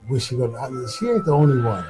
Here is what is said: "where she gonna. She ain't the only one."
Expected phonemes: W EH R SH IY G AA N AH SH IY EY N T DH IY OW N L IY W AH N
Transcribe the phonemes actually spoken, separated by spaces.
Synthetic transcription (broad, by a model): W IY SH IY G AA AH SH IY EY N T DH IY OW N L IY W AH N